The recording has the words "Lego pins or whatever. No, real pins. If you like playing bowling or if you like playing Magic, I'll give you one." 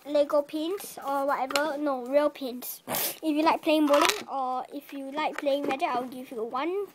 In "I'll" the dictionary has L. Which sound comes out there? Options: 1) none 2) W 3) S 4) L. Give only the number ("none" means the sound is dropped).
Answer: 2